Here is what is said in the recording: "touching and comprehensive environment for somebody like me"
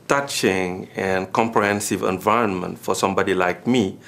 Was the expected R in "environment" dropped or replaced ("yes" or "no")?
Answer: no